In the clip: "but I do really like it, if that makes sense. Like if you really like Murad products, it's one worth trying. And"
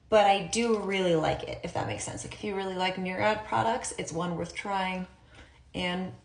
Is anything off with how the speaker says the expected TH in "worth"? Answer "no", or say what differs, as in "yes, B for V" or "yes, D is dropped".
no